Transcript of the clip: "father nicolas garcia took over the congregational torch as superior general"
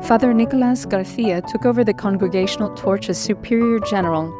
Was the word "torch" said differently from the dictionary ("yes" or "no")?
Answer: no